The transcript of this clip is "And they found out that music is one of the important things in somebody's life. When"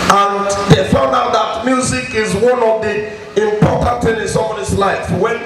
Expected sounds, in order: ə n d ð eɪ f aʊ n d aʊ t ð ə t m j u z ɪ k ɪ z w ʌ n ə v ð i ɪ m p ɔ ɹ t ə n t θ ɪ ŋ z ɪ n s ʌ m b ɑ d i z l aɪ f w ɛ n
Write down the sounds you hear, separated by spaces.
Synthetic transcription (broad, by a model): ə n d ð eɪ f aʊ n d aʊ t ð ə t m j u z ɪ k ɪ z w ʌ n ə v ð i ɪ m p ɔ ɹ t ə n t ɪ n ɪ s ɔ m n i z l aɪ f w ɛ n